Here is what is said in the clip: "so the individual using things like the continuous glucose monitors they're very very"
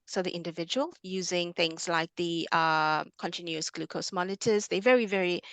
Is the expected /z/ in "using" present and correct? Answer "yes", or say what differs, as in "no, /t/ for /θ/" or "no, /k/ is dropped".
yes